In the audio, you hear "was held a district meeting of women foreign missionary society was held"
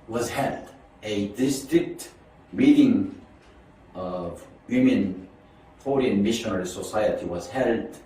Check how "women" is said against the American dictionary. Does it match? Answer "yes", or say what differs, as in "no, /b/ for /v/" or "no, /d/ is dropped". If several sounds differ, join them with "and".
yes